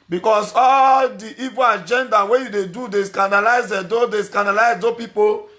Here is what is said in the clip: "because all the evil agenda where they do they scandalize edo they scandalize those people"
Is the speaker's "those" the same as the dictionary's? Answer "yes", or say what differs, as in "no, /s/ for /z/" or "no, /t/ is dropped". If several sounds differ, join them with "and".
no, /z/ is dropped